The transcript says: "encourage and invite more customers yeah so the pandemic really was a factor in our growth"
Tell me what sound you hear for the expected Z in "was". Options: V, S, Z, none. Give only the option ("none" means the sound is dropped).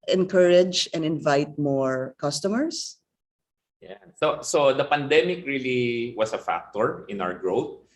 S